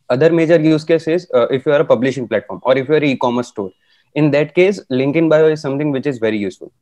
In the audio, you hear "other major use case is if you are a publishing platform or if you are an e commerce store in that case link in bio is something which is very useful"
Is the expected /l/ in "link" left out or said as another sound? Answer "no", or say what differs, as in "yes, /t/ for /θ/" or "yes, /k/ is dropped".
no